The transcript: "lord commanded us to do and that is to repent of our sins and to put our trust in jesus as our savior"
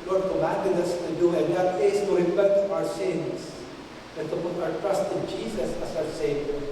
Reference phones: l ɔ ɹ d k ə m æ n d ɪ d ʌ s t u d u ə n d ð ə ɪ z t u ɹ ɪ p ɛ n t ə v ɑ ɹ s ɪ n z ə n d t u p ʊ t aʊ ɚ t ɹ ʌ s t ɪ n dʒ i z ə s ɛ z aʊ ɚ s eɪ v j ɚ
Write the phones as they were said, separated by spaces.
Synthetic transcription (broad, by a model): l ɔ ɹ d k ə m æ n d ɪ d ʌ s t u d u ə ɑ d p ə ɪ s t u ɹ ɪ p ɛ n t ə w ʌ ɹ s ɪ n s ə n t u p ʊ t aʊ ɚ t ɹ ʌ s t ɪ n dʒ i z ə s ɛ s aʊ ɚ s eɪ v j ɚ